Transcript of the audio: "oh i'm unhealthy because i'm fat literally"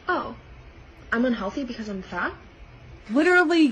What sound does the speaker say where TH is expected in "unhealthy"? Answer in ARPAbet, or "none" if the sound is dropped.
TH